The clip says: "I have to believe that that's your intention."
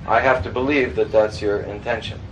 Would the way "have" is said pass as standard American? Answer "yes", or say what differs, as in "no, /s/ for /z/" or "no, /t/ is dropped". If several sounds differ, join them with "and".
no, /f/ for /v/